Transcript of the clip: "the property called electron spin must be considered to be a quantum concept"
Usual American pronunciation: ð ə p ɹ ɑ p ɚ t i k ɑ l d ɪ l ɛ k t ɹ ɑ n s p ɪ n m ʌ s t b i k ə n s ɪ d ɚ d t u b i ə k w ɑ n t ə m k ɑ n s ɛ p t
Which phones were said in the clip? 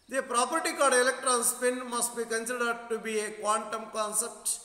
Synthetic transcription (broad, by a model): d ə p ɹ ɑ p ɚ t i k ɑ d ɪ l ɛ k t ɹ ɑ n s p ɪ n m ʌ s t b i k ə n s ɪ d ɚ d t u b i ə k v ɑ n t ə m k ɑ n s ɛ p t